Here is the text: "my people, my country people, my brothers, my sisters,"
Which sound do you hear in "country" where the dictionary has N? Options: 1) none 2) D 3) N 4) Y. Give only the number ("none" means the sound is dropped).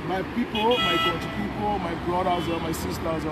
1